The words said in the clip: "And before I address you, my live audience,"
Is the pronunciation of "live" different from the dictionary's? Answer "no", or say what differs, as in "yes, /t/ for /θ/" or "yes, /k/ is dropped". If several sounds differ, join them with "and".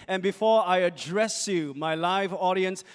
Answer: no